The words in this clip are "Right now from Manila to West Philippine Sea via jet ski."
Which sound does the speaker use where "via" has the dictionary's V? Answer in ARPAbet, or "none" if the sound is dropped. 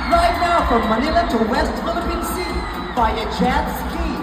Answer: B